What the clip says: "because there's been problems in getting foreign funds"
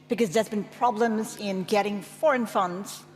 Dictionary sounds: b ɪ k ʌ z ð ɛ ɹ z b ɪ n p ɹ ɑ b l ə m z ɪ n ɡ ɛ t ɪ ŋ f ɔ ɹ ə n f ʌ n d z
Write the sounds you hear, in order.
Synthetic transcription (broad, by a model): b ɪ k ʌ z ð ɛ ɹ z b ɪ n p ɹ ɑ b l ə m z ɪ n ɡ ɛ t ɪ ŋ f ɔ ɹ ə n f ʌ n d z